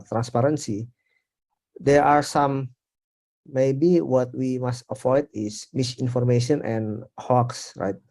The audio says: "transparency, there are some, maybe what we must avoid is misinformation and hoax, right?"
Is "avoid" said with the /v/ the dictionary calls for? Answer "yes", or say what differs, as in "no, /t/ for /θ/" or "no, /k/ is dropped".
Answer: no, /f/ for /v/